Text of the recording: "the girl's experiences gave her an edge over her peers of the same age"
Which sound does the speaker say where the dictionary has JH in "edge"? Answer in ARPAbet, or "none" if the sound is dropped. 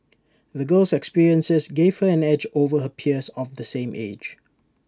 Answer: JH